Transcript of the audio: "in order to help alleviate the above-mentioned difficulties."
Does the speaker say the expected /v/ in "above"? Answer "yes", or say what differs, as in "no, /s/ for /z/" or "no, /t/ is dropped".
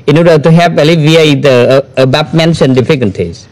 no, /p/ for /v/